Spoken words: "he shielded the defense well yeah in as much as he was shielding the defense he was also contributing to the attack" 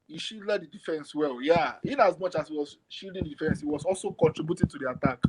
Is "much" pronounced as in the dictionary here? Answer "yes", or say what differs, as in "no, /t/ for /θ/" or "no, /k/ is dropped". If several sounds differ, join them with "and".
yes